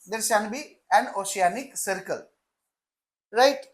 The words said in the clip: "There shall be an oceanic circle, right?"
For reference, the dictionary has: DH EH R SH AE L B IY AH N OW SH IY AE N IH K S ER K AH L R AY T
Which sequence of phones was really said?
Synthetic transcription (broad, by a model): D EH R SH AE N B IY AH N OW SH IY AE N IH K S ER K AH L R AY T